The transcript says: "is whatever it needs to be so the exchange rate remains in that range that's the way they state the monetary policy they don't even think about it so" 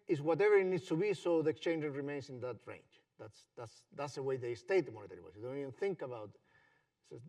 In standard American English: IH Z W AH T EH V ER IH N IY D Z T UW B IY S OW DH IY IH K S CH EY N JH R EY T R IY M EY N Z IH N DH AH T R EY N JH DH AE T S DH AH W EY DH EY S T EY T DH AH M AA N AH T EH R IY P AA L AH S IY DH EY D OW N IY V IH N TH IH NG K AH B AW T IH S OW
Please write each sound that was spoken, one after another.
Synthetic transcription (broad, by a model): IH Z W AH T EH V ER IH N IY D S T UW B IY S OW DH IY IH K S CH EY N JH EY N R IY M EY N S IH N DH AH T R EY N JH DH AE T S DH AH W EY DH EY S T EY T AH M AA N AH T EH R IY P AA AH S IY D OW N IY V IH N TH IH NG K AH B AW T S